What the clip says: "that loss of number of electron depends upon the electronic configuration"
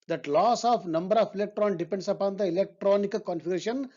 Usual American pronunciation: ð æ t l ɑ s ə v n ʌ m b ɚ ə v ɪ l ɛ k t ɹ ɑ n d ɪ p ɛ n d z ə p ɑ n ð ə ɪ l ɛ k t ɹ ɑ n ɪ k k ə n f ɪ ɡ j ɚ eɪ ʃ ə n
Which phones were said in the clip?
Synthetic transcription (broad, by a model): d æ t l ɑ s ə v n ʌ m b ɚ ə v ɪ l ɛ k t ɹ ɑ n d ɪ p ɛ n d s ə p ɑ n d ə ɪ l ɛ k t ɹ ɑ n ɪ k k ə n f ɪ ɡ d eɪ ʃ ə n